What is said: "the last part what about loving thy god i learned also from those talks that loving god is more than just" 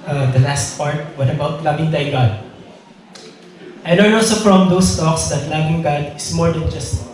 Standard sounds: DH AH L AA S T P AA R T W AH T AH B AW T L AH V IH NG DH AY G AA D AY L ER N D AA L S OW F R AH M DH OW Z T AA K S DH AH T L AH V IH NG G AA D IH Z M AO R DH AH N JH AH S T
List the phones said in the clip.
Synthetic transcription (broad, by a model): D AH L AA S T P AA R T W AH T AH B AW T L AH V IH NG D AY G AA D AY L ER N AA L S OW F R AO M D OW S T AA K S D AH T L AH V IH NG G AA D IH S M AO R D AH N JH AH S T